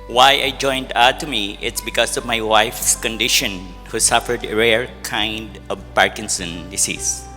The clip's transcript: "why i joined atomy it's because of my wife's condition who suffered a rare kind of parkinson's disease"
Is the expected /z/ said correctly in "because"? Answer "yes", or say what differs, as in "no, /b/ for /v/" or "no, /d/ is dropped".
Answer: no, /s/ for /z/